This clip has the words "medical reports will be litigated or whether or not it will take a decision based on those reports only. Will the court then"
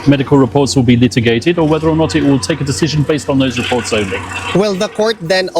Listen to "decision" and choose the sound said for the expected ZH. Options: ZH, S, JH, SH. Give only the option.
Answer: ZH